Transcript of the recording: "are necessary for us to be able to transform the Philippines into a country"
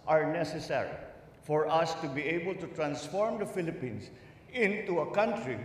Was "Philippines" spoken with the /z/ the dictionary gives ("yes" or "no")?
no